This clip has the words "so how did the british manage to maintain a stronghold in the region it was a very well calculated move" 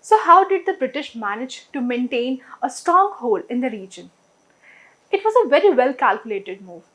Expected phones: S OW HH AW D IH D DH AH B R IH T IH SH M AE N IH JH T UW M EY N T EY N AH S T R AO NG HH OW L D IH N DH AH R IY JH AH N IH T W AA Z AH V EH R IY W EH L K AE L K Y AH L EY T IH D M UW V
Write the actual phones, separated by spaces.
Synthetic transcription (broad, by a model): S OW HH AW D IH D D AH B R IH T IH SH M AE N IH JH T UW M EY N T EY N AH S T R AO NG HH OW L IH N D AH R IY JH AH N IH T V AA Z AH V EH R IY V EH L K AE L K Y AH L EY T IH D M UW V